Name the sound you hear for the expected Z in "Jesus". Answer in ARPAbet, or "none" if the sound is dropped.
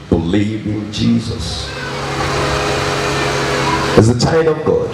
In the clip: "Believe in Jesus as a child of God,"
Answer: Z